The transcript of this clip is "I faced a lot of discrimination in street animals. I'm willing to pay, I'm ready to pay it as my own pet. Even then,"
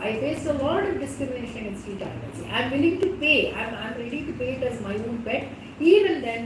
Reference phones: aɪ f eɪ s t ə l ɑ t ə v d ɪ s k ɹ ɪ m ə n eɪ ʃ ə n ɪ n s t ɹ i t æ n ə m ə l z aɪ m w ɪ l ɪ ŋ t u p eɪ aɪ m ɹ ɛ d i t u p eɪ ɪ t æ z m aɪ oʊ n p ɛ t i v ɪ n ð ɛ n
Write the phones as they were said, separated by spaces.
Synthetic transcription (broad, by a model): aɪ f eɪ s ə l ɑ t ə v d ɪ s k ɹ ɪ m ə n eɪ ʃ ə n ɪ n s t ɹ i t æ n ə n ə aɪ m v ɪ l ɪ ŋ t u p eɪ aɪ m ɹ ɛ d i t u p eɪ ɪ t æ z m aɪ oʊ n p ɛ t i v ɪ n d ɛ n